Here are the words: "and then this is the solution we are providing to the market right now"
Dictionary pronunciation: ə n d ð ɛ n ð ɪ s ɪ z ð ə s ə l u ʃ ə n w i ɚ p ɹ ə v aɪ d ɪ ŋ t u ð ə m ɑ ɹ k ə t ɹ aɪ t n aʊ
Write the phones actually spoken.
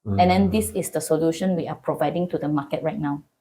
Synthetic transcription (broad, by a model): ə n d ɛ n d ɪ s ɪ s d ə s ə l u ʃ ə n w i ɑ p ɹ ə v aɪ d ɪ ŋ t u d ə m ɑ k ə t ɹ aɪ t n aʊ